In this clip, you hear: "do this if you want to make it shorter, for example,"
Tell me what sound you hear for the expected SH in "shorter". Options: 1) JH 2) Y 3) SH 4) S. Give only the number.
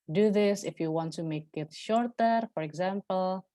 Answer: 3